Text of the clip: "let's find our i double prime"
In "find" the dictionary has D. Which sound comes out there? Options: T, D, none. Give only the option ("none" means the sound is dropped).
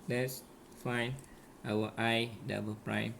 none